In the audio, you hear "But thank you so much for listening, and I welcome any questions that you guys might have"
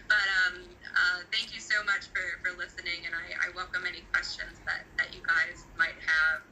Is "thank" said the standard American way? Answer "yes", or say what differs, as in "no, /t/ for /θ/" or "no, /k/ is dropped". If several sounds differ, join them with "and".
yes